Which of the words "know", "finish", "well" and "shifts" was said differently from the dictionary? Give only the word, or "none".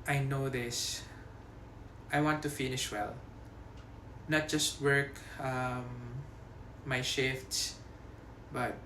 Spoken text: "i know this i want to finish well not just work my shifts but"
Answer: none